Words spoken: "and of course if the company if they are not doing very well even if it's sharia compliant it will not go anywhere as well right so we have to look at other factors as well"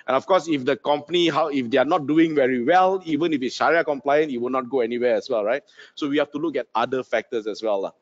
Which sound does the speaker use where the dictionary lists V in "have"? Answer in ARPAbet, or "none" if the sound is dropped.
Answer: F